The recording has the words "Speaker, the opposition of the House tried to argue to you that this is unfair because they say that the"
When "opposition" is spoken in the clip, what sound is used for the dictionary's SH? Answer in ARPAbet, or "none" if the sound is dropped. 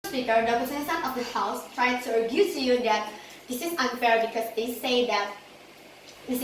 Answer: S